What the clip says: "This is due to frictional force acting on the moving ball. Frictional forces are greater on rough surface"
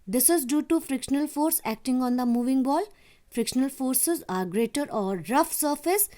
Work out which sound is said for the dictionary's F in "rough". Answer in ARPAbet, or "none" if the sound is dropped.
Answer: F